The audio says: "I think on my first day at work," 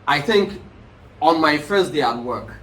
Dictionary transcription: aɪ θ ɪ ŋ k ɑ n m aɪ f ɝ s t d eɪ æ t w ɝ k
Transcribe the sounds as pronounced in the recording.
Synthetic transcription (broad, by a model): aɪ θ ɪ ŋ k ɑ n m aɪ f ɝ s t d eɪ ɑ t w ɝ k